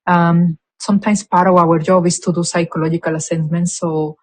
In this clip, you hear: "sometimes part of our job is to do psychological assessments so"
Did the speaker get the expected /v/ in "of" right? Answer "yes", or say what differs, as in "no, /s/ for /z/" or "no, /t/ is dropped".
no, /w/ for /v/